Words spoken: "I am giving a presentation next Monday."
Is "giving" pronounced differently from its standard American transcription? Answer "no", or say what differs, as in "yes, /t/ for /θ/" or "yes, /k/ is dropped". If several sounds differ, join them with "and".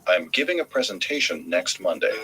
no